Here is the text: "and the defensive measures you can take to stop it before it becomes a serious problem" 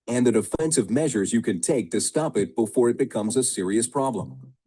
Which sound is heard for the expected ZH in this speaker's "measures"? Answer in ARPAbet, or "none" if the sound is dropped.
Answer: ZH